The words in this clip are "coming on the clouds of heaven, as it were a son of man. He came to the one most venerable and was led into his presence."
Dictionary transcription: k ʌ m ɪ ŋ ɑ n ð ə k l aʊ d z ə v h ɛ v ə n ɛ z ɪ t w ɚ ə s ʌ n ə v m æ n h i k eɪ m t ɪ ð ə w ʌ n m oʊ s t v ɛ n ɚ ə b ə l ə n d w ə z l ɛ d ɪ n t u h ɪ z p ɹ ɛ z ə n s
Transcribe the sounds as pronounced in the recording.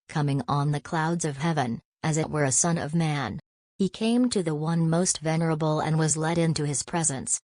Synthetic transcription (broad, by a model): k ʌ m ɪ ŋ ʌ n ð ə k l aʊ d z ə v h ɛ v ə n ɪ z ɪ t w ɚ ə s ʌ n ə v m æ n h i k eɪ m t ɪ ð ə w ʌ n m oʊ s t v ɛ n ɚ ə b l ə n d w ə z l ɛ d ɪ n t u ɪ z p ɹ ɛ z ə n s